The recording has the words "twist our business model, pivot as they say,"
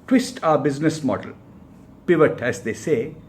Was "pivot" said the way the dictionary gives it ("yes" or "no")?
yes